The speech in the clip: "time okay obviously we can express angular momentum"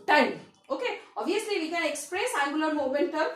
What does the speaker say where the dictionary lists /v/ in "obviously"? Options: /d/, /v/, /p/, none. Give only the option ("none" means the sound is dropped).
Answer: none